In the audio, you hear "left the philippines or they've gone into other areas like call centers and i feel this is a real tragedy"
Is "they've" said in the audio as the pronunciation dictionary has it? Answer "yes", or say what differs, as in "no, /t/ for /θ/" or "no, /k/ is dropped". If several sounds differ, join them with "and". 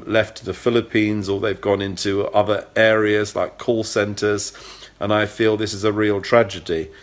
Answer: yes